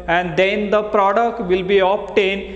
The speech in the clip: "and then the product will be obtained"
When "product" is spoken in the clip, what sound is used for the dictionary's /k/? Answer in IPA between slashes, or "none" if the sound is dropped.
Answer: /k/